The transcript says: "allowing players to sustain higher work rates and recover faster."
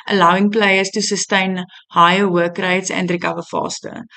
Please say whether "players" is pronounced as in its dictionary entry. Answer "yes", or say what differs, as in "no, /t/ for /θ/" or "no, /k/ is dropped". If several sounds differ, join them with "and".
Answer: no, /s/ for /z/